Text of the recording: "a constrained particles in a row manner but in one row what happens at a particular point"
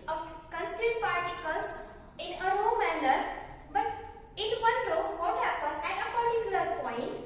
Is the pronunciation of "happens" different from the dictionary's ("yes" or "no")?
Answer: yes